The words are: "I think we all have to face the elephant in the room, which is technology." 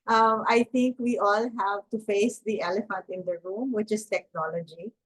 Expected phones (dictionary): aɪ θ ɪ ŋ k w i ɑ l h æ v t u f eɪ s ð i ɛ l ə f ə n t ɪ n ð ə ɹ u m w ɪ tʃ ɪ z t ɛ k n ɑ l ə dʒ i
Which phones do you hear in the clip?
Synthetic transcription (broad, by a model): aɪ t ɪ ŋ k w i ɑ l h æ v t u f eɪ s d i ɛ l ə f ə n t ɪ n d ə ɹ u m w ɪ tʃ ɪ z t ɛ k n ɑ l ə dʒ i